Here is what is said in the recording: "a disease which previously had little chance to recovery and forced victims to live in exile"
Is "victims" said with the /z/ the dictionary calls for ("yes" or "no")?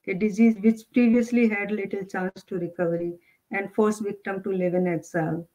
no